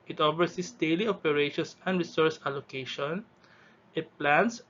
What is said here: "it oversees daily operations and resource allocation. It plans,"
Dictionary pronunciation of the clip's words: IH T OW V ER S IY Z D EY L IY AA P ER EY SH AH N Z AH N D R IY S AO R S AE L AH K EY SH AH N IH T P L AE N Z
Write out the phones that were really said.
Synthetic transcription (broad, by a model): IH T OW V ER S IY S D EY L IY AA P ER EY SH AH N S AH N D R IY S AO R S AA L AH K EY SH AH N IH T P L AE N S